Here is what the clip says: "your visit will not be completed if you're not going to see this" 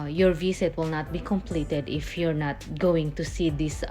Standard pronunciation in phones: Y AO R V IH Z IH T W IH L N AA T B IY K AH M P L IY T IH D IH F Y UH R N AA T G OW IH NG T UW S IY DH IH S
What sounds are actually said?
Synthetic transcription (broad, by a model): Y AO R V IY S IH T W IH L N AA T B IY K AH M P L IY T IH D IH F Y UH R N AA T G OW IH NG T UW S IY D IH S